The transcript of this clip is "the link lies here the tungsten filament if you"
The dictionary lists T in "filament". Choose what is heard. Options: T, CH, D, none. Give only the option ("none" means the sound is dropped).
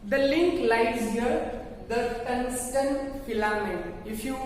none